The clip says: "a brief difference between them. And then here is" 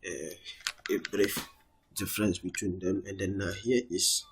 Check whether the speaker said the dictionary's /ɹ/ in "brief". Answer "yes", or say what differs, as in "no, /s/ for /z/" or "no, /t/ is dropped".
yes